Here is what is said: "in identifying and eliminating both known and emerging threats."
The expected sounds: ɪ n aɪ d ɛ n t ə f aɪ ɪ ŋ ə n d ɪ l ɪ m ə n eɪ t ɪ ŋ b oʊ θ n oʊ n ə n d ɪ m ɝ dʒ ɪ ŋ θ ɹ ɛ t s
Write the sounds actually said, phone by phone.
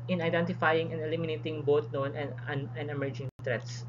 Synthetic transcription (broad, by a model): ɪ n aɪ d ɛ n t ə f aɪ ɪ ŋ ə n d ɪ l ɪ m ə n eɪ t ɪ ŋ b oʊ t n oʊ n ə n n ɪ m ɝ dʒ ɪ ŋ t ɹ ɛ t s